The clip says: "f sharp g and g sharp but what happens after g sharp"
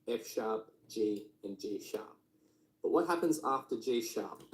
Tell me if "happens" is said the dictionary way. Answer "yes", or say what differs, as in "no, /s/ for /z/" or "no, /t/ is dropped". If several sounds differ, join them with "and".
yes